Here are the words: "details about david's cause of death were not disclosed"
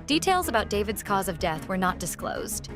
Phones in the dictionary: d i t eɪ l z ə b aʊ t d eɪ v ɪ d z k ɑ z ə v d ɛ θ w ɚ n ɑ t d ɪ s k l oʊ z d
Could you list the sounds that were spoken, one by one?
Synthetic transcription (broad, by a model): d i t eɪ l z ə b aʊ t d eɪ v ɪ d z k ɑ z ə v d ɛ θ w ɚ n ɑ t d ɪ s k l oʊ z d